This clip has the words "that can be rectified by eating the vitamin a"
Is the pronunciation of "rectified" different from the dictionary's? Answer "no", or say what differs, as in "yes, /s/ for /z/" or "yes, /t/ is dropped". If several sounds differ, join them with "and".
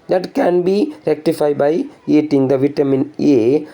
no